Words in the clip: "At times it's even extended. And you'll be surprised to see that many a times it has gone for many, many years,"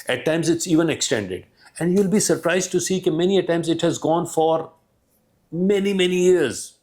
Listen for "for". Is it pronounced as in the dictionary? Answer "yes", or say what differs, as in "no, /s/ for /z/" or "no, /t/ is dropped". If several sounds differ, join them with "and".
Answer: yes